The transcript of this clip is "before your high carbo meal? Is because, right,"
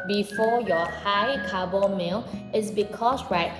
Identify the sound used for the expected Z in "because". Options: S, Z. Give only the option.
S